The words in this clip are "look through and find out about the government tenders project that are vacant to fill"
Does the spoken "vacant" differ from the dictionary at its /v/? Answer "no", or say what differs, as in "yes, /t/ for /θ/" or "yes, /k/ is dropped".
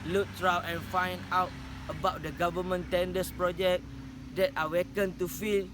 yes, /w/ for /v/